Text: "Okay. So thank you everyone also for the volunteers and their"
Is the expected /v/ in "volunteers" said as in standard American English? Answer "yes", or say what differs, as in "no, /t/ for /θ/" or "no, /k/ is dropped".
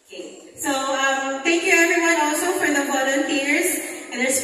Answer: no, /b/ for /v/